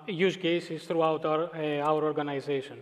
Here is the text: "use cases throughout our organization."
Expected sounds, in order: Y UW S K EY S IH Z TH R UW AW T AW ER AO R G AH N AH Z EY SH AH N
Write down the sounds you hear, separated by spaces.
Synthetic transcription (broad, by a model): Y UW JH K EY S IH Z T R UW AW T AW ER AO R G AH N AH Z EY SH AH N